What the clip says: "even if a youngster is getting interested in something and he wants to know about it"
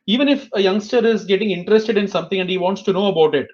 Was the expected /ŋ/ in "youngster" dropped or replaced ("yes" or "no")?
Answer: no